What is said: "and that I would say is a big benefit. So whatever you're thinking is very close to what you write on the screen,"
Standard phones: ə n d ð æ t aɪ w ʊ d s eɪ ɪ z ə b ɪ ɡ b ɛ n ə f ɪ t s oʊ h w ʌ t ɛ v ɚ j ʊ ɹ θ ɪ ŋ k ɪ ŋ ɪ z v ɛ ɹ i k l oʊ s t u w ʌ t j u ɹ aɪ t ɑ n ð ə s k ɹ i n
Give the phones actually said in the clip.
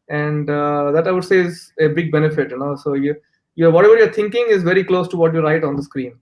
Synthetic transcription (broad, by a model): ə n d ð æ t aɪ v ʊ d s eɪ ɪ z ə b ɪ ɡ b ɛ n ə f ɪ t s oʊ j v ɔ t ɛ v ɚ j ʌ ɹ t ɪ ŋ k ɪ ŋ ɪ z v ɛ ɹ i k l oʊ s t u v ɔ t j u ɹ aɪ t ɑ n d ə s k ɹ i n